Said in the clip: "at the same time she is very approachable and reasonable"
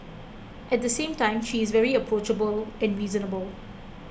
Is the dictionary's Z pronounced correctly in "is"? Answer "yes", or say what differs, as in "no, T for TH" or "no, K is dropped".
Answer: yes